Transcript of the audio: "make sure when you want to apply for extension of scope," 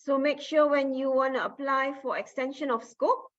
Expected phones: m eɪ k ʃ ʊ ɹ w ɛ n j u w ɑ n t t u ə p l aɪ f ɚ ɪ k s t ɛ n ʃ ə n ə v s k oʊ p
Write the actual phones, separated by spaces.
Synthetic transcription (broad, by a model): m eɪ k ʃ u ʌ w ɛ n j u w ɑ n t t u ə p l aɪ f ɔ ɪ k s t ɛ n ʃ ə n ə f s k oʊ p